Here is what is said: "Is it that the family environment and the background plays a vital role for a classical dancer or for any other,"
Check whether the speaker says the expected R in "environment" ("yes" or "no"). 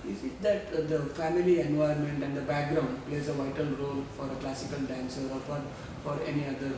no